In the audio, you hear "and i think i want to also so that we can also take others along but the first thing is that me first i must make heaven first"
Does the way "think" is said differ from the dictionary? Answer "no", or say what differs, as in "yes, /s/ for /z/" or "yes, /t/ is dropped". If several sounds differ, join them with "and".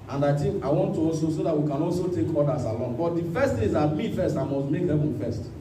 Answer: yes, /ŋ/ is dropped